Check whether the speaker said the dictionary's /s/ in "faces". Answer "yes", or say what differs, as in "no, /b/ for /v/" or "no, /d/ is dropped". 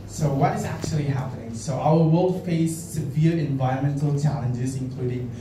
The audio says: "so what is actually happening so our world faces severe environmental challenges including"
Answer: no, /s/ is dropped